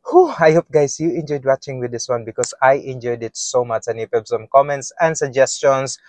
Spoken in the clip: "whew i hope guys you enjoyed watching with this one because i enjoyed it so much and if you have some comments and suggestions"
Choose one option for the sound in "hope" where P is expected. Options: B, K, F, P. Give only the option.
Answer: P